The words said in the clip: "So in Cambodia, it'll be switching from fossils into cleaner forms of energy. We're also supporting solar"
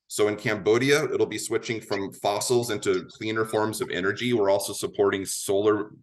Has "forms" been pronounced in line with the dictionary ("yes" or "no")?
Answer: yes